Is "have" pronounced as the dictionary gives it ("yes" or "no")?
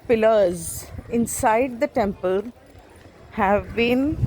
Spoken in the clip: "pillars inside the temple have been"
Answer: yes